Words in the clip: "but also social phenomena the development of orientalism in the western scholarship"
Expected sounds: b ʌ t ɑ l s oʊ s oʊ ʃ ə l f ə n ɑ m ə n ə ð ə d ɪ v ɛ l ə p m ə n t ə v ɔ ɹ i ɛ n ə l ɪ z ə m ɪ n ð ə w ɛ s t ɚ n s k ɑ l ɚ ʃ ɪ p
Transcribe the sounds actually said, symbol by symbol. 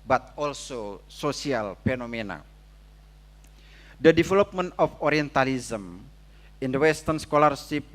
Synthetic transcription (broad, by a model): b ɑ t ɑ l s oʊ s oʊ s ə l f ə n ɑ m ə n ə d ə d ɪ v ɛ l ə p m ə n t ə f ɔ ɹ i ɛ n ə l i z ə m ɪ n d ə w ɛ s t ɚ n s k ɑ l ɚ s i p